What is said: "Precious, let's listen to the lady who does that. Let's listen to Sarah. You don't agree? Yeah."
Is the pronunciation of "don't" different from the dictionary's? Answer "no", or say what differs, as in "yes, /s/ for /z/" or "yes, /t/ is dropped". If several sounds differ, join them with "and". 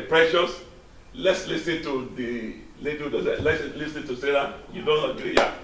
no